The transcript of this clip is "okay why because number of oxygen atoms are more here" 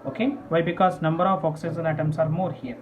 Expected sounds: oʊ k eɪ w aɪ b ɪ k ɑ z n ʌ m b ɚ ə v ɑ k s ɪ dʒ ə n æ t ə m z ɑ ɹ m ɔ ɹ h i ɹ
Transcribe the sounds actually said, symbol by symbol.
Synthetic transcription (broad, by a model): oʊ k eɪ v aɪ b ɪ k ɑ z n ʌ m b ɚ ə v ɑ k s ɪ z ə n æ t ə m s ɑ ɹ m ɔ ɹ h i ɹ